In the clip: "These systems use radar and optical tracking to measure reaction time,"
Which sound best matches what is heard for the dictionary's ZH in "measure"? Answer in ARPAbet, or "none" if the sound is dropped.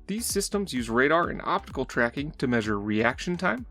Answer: ZH